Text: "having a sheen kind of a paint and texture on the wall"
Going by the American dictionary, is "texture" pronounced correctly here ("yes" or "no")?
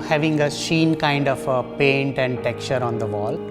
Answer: no